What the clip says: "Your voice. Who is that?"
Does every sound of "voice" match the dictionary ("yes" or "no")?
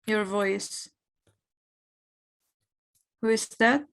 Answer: yes